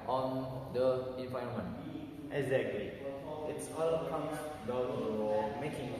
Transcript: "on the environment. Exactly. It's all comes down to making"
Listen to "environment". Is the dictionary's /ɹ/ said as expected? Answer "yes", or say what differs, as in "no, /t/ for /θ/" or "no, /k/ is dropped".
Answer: no, /ɹ/ is dropped